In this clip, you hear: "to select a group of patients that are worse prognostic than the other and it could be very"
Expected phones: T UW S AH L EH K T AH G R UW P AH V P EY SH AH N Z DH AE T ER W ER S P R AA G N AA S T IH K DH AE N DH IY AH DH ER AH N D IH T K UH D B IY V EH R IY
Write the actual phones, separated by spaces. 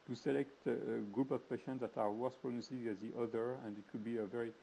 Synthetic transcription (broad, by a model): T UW S AH L EH K T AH G R UW P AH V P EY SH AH N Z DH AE T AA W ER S P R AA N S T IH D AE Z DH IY AH DH ER AH N D IH T K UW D B IY V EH R IY